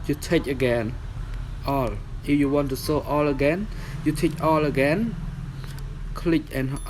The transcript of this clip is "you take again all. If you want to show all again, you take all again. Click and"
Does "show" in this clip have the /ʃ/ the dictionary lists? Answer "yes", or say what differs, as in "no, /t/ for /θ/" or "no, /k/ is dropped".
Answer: no, /s/ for /ʃ/